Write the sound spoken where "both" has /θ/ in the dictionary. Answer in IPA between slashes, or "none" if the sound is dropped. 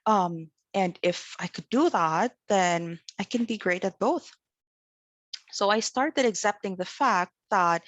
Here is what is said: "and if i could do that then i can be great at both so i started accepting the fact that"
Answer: /θ/